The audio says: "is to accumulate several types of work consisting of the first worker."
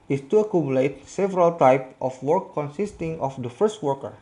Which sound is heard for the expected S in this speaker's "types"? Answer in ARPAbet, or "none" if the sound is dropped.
none